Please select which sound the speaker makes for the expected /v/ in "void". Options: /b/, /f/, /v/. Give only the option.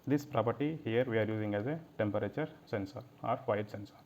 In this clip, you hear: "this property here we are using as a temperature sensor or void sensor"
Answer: /f/